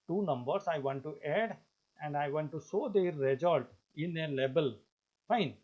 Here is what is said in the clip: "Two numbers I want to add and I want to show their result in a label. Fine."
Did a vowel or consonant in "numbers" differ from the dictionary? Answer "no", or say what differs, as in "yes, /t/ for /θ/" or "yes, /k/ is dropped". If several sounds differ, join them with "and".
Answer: yes, /s/ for /z/